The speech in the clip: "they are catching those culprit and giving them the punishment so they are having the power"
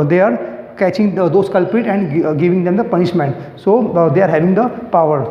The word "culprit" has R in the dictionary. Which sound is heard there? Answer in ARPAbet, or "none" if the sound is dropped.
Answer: R